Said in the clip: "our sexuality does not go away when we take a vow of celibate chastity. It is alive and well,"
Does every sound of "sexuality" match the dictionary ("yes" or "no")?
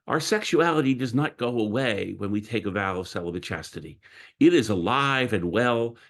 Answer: yes